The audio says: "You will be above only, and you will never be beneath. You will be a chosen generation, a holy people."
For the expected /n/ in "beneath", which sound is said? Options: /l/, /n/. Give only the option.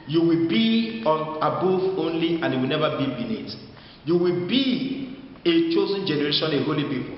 /l/